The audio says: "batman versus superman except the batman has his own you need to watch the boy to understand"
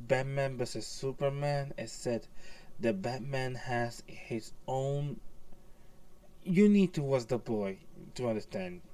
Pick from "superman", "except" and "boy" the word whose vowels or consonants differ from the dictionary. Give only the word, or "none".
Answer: except